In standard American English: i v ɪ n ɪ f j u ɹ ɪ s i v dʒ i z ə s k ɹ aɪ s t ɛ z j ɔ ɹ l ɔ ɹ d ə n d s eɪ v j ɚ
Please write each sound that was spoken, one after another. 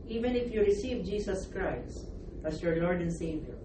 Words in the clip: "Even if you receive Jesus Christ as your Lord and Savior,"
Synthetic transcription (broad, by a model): i v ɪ n ɪ f j u ɹ ɪ s i v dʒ i s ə s k ɹ aɪ s t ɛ s j ɔ ɹ l ɔ ɹ d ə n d s eɪ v j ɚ